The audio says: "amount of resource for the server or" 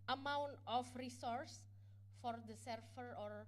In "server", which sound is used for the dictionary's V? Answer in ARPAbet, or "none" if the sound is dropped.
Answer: F